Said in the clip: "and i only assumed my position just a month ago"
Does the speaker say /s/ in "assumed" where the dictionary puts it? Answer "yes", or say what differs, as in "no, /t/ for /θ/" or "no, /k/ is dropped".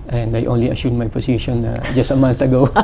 no, /ʃ/ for /s/